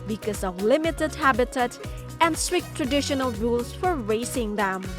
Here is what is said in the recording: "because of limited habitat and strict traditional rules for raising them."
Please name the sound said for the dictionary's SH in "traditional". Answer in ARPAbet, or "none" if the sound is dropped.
SH